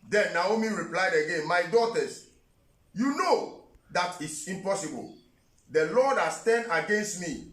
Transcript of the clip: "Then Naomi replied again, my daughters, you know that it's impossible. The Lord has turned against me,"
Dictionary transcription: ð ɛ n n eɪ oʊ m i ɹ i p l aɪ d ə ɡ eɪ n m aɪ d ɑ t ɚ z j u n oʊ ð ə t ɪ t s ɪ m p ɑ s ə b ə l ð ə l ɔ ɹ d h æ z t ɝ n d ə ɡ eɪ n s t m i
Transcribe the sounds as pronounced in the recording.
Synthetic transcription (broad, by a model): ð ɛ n n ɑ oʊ m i ɹ i p l aɪ d ə ɡ eɪ n m aɪ d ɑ t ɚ s j u n oʊ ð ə t ɪ t s ɪ m p ɑ s ə b ə l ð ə l ɔ d h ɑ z t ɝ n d ə ɡ eɪ n s t m i